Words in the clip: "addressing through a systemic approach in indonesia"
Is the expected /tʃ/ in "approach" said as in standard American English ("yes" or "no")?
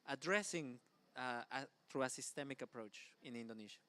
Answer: yes